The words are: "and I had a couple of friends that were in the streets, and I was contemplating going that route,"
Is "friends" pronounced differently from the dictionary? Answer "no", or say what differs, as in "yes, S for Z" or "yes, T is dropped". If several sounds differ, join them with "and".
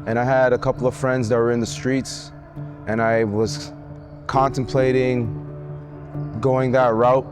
no